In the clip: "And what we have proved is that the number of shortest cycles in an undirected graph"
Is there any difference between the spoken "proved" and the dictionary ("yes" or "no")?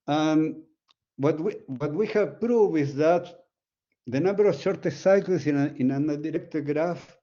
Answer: yes